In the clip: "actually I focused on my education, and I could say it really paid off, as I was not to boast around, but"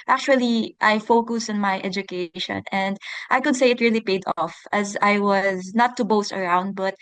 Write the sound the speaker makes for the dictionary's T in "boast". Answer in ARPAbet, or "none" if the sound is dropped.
T